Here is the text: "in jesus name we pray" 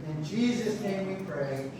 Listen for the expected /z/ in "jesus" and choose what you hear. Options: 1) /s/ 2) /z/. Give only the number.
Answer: 2